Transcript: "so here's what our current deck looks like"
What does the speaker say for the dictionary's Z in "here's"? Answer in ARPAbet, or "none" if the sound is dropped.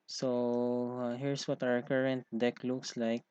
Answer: S